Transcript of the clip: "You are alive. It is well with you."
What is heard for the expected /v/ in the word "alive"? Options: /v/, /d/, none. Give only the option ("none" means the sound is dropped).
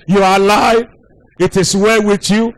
none